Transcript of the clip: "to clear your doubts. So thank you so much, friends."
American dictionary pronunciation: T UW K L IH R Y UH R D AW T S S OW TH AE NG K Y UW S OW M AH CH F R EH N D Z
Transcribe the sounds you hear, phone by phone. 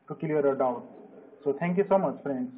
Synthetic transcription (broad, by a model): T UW K IH L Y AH R D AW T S S OW T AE NG K Y UW S OW M AH CH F R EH N D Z